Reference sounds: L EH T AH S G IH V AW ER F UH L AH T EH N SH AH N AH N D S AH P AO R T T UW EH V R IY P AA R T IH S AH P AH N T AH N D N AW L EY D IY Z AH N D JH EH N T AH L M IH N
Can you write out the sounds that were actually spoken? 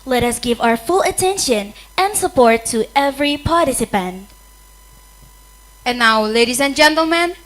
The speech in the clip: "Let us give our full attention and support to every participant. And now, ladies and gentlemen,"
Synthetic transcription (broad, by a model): L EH T AH S G IH V AW ER F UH L AH T EH N SH AH N AH N D S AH P AO R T T UW EH V R IY P AA R T IH S AH P AH N T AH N N AW L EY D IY S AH N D JH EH N T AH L M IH N